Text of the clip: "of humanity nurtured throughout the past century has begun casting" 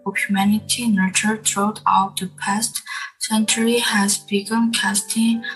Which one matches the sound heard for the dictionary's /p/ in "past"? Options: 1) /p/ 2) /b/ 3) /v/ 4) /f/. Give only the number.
1